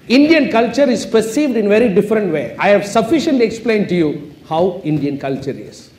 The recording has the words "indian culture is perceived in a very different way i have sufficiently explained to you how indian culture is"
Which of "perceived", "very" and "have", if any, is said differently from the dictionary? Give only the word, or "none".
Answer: none